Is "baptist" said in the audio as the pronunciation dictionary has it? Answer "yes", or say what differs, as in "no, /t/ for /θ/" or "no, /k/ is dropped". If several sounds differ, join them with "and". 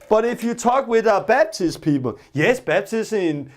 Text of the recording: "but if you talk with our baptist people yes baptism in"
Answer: no, /b/ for /p/